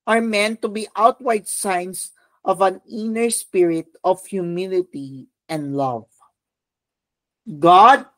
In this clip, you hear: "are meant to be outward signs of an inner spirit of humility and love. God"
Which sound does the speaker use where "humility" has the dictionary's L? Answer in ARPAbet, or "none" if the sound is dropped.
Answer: L